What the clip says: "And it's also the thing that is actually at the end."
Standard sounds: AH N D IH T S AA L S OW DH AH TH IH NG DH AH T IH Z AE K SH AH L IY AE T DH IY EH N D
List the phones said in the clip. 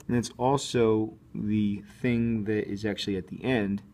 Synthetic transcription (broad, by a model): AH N IH T S AA L S OW DH AH TH IH NG DH AH T IH Z AE K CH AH L IY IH T DH IY EH N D